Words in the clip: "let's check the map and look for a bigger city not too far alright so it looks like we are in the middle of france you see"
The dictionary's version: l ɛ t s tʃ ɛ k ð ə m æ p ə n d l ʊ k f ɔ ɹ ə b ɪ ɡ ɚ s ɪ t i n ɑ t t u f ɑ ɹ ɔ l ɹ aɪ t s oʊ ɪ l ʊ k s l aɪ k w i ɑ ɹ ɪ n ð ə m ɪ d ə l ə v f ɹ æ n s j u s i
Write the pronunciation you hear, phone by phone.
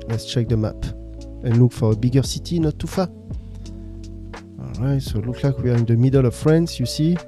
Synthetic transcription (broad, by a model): l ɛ t s tʃ ɛ k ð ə m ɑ p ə n l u k f ɔ ɹ ə b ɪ ɡ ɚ s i t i n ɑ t t u f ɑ ɔ l ɹ aɪ t s oʊ l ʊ k l aɪ k w i ɑ ɹ ɪ n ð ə m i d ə l ə v f ɹ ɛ n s j u s i